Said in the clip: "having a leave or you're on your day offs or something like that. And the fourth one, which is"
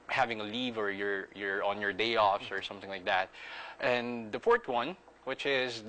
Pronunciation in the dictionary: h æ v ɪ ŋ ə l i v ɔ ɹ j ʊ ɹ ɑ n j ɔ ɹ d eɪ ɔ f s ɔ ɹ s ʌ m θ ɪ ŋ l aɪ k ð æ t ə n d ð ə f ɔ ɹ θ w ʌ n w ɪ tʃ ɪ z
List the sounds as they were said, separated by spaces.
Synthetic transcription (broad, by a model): h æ v ɪ ŋ ə l i v ɔ ɹ j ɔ ɹ ɑ n j ɔ ɹ d eɪ ɔ f s ɔ ɹ s ʌ m θ ɪ ŋ l aɪ k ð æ t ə n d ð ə f ɔ ɹ t w ʌ n w ɪ tʃ ɪ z